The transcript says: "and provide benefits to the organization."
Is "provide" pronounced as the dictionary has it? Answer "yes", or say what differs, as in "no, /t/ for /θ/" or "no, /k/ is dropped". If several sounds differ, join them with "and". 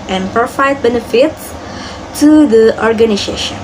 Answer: no, /f/ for /v/